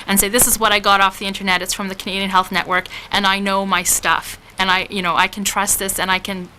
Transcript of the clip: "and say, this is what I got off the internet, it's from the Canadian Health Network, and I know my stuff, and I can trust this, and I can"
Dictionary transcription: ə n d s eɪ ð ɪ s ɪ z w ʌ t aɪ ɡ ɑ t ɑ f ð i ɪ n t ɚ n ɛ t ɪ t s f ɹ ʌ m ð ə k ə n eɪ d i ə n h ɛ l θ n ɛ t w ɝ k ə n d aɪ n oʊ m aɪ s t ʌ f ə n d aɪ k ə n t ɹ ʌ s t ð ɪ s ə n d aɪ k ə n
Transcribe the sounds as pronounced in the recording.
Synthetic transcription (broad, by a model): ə n s eɪ ð ɪ s ɪ z w ʌ t aɪ ɡ ɑ t ɑ f ð i ɪ n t ɚ n ɛ t ɪ t s f ɹ ʌ m ð ə k ə n eɪ d i ə n h ɛ l θ n ɛ t w ɝ k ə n aɪ n oʊ m aɪ s t ʌ f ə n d aɪ k n t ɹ ʌ s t ð ɪ s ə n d aɪ k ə n